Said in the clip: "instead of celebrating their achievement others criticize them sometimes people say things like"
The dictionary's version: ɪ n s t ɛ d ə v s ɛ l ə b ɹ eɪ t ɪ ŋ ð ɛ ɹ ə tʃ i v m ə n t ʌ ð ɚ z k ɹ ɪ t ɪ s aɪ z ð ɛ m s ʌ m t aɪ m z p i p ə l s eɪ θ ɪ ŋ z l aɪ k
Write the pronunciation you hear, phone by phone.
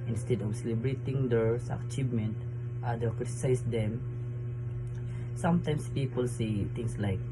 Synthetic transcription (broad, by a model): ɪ n s t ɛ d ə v s ɛ l ə b ɹ eɪ t ɪ ŋ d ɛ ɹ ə tʃ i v m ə n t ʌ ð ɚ k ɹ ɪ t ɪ s aɪ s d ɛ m s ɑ m t aɪ m s p i p ə l s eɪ t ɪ ŋ s l aɪ k